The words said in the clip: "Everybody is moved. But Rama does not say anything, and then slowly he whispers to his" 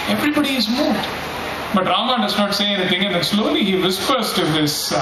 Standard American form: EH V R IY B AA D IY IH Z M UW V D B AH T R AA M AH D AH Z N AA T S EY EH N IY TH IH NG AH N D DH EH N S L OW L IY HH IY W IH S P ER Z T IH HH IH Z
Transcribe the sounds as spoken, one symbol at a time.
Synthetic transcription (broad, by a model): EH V R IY B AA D IY IH Z M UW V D B AH T R AA M AH D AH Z N AA T S EY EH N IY T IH NG AH N D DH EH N S L OW L IY HH IY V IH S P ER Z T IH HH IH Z